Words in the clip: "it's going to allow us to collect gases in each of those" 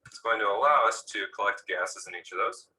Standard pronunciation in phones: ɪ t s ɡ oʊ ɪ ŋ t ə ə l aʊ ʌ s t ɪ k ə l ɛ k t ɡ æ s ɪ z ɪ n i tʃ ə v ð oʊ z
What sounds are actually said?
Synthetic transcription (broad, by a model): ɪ t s ɡ oʊ ɪ ŋ t ə ə l aʊ ʌ s t ɪ k ə l ɛ k t ɡ æ s ɪ z ɪ n i tʃ ə v ð oʊ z